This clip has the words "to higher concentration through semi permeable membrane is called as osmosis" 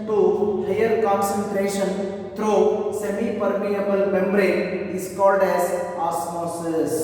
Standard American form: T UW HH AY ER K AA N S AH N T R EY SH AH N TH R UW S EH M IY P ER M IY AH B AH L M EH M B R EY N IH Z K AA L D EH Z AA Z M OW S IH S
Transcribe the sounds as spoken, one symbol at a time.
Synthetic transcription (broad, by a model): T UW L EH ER K AA N S AH N T R EY SH AH N T R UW S EH M IY P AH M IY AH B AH L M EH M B R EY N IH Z K AA L D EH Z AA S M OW S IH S